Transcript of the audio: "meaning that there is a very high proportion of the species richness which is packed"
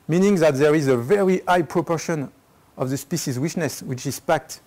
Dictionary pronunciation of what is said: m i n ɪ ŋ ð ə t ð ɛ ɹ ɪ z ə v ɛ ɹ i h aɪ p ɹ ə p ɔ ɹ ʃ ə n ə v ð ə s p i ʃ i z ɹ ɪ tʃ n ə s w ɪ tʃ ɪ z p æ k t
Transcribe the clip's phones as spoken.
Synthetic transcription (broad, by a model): m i n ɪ ŋ ð ə t ð ɛ ɹ ɪ z ə v ɛ ɹ i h aɪ p ɹ ə p ɔ ɹ ʃ ə n ə v ð ə s p i ʃ i z w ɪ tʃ n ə s w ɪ tʃ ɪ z p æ k t